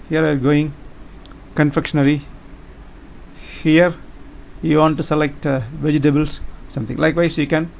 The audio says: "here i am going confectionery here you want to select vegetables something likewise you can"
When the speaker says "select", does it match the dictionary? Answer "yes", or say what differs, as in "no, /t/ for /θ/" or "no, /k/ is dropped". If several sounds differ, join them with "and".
yes